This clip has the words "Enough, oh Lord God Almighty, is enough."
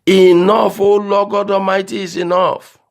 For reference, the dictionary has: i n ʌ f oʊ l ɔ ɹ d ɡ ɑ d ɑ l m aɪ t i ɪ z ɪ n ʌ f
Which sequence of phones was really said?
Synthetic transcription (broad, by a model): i n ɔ f oʊ l ɔ ɡ ɑ d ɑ m aɪ t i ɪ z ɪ n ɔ f